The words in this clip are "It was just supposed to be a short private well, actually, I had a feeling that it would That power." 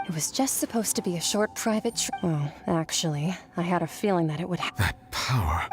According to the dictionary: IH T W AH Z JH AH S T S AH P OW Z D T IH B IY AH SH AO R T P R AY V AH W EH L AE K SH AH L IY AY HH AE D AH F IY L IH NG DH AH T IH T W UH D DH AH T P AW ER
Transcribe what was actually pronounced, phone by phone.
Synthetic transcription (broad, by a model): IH T W AH Z JH AH S T S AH P OW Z T IH B IY AH SH AO R T P R AY V AH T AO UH AE K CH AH L IY AY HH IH D AH F IY L IH NG DH AH T IH T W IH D DH AH T P AW ER